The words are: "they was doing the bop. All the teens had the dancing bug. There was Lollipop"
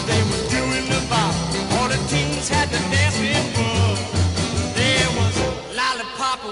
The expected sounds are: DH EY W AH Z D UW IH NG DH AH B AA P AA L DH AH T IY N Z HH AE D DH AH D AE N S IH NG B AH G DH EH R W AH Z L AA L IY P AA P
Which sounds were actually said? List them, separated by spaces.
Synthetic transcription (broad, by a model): DH EY W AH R D UW IH NG DH AH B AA AA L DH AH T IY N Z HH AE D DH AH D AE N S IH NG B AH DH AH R W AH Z L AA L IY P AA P